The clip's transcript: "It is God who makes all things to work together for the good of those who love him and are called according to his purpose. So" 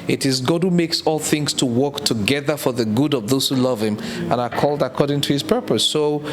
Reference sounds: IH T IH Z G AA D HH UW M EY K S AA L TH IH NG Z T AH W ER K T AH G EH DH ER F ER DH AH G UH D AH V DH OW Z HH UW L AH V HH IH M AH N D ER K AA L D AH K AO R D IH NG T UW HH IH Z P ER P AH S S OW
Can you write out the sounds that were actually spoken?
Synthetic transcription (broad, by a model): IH T IH Z G AA D HH UW M EY K S AA L TH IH NG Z T AH W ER K T AH G EH DH ER F ER DH AH G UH D AH V DH OW Z HH UW L AH V HH IH M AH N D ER K AA L D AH K AO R D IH NG T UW HH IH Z P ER P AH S S OW